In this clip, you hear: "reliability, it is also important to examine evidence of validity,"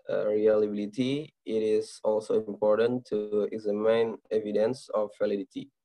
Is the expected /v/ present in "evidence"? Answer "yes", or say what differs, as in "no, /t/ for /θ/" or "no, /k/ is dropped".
yes